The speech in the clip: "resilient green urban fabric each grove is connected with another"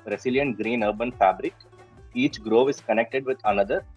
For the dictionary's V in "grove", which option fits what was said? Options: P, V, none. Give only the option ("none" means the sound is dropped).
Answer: V